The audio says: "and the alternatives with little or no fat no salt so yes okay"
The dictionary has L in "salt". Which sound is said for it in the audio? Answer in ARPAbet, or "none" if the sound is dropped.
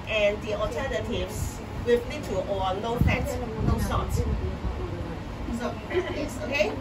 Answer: none